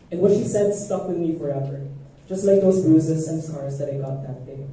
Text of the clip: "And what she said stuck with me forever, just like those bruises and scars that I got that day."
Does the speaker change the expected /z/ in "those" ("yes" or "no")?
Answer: no